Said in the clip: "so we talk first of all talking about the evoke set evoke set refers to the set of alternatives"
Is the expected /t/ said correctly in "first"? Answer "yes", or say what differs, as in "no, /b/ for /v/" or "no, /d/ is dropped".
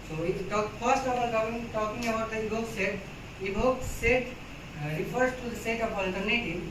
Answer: yes